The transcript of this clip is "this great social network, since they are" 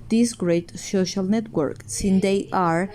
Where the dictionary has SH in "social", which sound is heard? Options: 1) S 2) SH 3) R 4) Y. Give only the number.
2